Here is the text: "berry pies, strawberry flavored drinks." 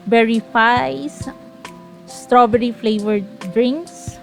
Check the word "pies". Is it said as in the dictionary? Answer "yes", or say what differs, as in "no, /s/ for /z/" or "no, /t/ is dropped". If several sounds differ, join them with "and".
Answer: no, /f/ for /p/